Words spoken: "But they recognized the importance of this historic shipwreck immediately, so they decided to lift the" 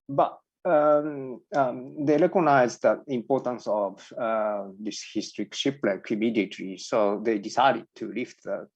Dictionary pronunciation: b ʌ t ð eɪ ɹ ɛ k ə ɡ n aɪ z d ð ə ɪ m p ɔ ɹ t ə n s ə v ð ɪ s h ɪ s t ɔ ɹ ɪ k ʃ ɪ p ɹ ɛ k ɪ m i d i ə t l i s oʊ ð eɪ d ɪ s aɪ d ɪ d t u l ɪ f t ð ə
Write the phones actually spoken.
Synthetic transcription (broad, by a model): b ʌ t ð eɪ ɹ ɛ k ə n aɪ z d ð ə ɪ m p ɔ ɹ t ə n s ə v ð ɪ s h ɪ s t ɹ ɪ k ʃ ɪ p l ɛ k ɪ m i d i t i s oʊ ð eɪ d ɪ s aɪ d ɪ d t u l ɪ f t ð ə